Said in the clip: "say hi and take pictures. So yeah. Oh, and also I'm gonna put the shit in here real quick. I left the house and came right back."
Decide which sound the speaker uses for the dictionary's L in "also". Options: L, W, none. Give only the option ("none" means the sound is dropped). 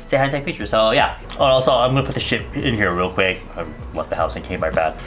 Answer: none